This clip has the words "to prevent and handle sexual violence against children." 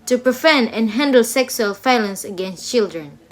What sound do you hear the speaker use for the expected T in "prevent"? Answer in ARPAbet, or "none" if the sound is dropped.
none